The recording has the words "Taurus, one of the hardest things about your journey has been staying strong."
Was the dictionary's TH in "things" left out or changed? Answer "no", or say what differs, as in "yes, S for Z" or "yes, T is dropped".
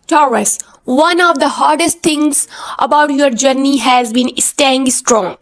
yes, T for TH